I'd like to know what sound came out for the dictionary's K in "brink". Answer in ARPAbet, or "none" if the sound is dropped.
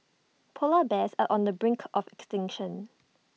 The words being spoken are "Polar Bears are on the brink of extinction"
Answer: K